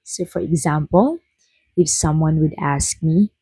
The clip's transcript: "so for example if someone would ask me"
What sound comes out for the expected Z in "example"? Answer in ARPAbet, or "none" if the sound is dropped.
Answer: Z